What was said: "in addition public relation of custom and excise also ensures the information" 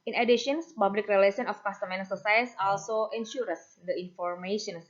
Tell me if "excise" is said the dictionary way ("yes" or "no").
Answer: no